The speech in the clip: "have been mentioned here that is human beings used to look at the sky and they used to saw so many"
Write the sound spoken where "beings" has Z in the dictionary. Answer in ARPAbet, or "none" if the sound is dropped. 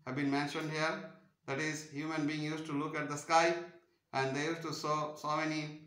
none